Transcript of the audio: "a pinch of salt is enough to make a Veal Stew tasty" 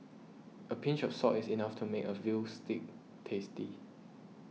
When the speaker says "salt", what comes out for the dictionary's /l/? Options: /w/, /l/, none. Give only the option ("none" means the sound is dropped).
none